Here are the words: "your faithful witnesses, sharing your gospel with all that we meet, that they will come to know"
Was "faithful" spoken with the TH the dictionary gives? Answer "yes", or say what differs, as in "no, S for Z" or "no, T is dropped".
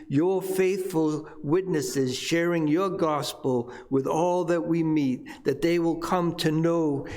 yes